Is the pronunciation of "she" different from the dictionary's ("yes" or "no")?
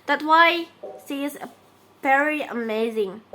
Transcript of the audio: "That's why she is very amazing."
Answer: yes